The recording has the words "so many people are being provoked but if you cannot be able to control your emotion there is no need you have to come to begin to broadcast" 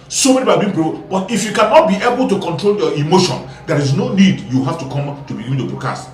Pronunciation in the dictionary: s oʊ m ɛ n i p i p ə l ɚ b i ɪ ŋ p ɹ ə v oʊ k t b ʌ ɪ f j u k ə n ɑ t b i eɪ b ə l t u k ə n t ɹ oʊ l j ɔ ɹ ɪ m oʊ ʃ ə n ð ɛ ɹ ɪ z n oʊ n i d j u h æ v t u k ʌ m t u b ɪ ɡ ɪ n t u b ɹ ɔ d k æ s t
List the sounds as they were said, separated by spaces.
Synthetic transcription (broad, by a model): s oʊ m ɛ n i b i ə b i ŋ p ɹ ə b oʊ t ɪ f j u k ə n ɑ t b i eɪ b ə l t u k ə n t ɹ oʊ l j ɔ ɪ m oʊ ʃ ə n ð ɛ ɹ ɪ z n oʊ n i d j u h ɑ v t u k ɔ m t u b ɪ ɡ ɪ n t u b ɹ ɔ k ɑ s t